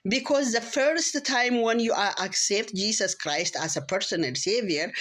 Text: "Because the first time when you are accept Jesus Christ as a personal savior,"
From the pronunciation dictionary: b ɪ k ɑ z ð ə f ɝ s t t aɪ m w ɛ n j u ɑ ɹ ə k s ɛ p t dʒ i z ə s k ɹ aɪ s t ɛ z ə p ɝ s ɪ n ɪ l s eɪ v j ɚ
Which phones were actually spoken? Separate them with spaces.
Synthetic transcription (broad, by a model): b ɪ k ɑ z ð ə f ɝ s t t aɪ m w ɛ n j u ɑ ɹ ə k s ɛ p t dʒ i s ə s k ɹ aɪ s t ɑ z ə p ɝ s ɪ n ɪ l s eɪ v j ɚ